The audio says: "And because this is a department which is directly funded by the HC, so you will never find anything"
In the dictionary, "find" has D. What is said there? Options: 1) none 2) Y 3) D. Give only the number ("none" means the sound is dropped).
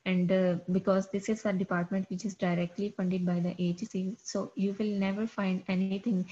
3